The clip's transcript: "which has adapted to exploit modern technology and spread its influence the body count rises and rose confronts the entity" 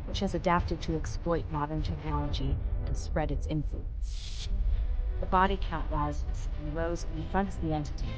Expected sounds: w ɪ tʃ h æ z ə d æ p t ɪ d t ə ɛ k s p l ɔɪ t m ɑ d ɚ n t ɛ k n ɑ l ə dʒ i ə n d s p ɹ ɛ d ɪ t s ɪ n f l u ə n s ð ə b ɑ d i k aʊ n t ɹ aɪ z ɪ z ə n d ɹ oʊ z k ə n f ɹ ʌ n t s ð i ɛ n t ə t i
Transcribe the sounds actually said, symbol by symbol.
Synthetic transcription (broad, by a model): w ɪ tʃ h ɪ z ə d æ p t ɪ d t ə ɛ k s p l ɔɪ t m ɑ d ɚ n t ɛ k n ɑ l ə dʒ i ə s p ɹ ɛ d ɪ t s ɪ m f l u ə n s ð ə b ɑ d i k aʊ t l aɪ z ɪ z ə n ɹ oʊ z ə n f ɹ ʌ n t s ð i ɛ n t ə t